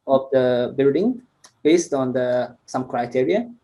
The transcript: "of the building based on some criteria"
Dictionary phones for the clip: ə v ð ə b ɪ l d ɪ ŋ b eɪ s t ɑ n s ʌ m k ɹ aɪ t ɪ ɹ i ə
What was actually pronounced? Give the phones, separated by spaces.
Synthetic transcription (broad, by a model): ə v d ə b ɪ l d ɪ ŋ b eɪ s t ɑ n s ʌ m k ɹ aɪ t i ɹ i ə